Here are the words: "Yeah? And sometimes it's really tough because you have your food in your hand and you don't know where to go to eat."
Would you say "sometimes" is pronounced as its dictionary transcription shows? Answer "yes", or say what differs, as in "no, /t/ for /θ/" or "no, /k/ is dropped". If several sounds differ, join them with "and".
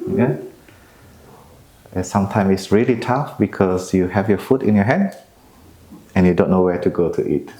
no, /z/ is dropped